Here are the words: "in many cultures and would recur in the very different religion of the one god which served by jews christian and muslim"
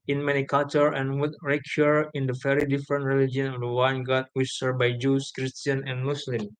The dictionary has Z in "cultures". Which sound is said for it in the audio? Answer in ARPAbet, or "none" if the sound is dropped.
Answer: none